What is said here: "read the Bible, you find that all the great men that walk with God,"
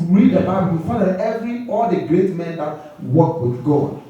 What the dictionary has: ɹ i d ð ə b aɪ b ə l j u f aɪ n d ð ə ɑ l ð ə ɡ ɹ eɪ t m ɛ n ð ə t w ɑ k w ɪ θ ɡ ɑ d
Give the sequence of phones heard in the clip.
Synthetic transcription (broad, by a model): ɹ i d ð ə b aɪ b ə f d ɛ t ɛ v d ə ɑ l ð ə ɡ ɹ eɪ t m ɛ n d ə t w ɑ k w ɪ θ ɡ ɑ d